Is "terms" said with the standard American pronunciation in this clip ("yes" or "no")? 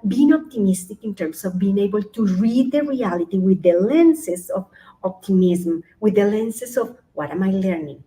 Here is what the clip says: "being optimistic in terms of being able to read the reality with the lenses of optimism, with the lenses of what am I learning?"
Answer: no